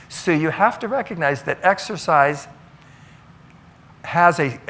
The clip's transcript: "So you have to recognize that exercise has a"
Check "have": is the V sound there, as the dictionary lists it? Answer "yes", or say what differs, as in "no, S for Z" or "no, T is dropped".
no, F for V